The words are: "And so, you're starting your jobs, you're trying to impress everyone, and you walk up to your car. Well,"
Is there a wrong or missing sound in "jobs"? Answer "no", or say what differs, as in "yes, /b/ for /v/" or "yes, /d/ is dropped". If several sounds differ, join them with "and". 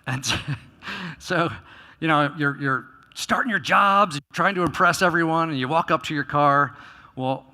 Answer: no